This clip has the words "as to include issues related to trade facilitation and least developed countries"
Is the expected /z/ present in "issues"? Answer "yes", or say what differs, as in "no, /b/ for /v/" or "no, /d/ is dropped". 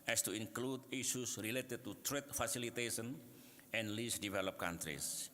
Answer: no, /s/ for /z/